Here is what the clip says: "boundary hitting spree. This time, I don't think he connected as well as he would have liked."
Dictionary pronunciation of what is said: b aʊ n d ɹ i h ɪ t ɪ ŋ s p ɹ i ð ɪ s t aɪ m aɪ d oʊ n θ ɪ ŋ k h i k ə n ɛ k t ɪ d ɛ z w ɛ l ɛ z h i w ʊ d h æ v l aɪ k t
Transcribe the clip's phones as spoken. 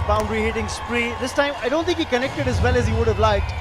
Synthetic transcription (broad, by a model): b aʊ n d ɹ i h ɪ t ɪ ŋ s p ɹ i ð ɪ s t aɪ m aɪ d oʊ n t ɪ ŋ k h i k ə n ɛ k t ɪ d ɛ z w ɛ l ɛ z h i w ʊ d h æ v l aɪ k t